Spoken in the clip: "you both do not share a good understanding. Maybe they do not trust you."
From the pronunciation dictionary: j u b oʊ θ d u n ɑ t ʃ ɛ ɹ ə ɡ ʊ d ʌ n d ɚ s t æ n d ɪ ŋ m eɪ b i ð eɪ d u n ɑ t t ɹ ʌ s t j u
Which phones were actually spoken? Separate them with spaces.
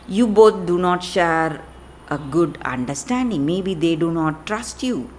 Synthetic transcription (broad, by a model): j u b oʊ t d u n ɑ t ʃ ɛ ɹ ə ɡ ʊ d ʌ n d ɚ s t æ n d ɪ ŋ m eɪ b i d eɪ d u n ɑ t t ɹ ʌ s t j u